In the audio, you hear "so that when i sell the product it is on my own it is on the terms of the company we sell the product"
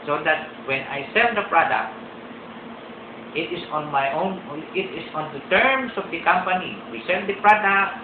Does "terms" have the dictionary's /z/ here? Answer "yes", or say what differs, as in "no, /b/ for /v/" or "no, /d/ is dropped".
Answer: no, /s/ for /z/